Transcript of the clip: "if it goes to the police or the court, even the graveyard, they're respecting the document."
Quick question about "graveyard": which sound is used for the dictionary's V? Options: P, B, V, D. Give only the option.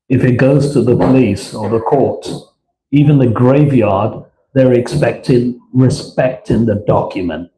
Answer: V